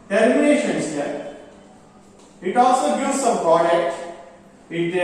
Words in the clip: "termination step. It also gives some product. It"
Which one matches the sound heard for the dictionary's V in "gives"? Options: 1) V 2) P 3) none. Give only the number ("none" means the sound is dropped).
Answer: 3